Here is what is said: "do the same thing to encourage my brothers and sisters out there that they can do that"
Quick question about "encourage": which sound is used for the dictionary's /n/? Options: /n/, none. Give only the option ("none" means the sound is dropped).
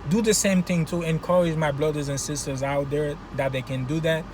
/n/